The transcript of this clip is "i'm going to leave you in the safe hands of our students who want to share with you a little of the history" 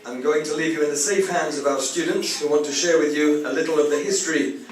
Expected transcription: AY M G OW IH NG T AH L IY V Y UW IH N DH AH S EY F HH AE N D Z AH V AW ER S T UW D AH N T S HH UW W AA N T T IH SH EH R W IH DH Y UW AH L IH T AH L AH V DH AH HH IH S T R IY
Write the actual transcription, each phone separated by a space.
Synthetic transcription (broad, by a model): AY M G OW IH NG T AH L IY V Y UW IH N DH AH S EY F HH AE N D Z AH V AW ER S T UW D N T S HH UW W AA N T T IH SH EH R W IH DH Y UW AH L IH T L AH V DH AH HH IH S T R IY